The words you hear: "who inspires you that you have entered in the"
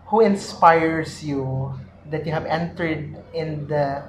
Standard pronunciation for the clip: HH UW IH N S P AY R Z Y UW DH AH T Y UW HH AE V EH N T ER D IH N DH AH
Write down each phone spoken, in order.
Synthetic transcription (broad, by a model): HH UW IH N S P AY R S Y UW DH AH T Y UW HH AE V EH N T ER D IH N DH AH